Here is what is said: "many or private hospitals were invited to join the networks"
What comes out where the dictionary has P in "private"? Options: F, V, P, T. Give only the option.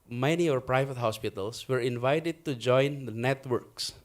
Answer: P